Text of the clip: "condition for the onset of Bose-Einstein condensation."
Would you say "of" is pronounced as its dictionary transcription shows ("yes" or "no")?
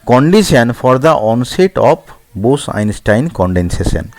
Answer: no